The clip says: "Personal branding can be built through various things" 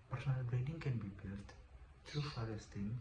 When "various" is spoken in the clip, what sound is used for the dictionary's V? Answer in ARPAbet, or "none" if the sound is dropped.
F